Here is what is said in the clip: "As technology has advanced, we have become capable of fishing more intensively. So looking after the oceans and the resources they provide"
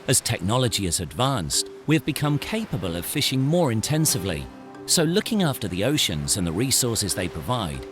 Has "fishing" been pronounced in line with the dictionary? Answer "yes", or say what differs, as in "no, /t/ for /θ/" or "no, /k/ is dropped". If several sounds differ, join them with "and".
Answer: yes